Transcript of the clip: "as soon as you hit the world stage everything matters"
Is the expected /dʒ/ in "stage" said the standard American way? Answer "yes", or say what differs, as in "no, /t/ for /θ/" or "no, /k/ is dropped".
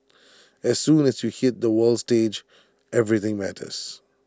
yes